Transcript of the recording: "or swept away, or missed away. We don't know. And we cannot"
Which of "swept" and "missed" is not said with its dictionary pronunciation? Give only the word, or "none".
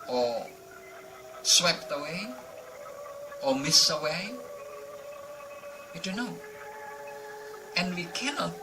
missed